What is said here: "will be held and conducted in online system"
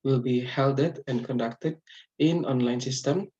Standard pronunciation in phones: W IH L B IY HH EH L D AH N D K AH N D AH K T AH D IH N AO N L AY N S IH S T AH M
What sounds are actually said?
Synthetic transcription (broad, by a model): W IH L B IY HH EH L D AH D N K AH N D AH K T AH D IH N AO N L AY N S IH S T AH M